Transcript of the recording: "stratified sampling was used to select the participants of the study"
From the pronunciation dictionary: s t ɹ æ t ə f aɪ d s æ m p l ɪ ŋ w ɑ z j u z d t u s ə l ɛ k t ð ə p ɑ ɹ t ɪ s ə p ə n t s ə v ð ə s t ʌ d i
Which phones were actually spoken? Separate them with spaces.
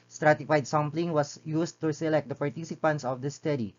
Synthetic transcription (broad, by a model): s t ɹ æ t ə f aɪ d s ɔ m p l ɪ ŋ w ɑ s j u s t u s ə l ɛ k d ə p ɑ ɹ t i s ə p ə n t s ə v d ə s t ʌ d i